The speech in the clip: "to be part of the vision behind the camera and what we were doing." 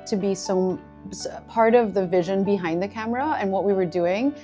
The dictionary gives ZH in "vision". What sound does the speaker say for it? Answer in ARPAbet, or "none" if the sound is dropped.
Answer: ZH